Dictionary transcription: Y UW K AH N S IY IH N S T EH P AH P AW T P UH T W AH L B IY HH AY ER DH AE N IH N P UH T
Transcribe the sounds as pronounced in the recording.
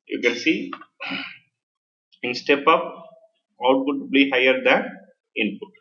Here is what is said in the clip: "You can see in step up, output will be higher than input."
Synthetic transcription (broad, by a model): Y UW K AH N S IY IH N S T EH P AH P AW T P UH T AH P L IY HH AY ER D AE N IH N P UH T